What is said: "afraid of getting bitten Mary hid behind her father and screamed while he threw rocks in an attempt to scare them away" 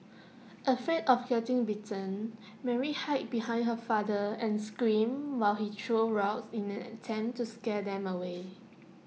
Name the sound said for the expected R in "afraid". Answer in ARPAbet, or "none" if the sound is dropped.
none